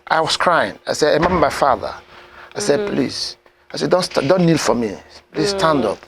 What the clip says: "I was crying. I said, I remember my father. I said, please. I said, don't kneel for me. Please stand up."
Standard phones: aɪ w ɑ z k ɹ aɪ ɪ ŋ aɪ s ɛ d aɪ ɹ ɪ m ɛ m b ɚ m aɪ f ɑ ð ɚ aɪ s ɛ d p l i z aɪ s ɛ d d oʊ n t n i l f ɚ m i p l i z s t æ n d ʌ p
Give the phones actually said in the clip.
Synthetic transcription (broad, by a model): aɪ w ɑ s k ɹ aɪ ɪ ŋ aɪ s ɛ d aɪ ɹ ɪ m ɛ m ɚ m aɪ f ɑ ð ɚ aɪ s ɛ d p l i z aɪ s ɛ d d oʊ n t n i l f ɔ m i p l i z s t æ n d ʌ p